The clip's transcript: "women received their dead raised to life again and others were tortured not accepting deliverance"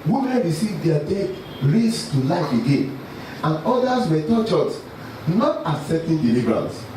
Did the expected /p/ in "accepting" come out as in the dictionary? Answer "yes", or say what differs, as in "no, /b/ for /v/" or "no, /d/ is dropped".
no, /p/ is dropped